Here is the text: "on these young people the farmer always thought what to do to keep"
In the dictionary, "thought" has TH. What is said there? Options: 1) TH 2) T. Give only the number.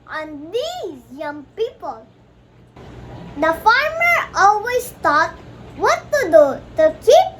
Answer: 2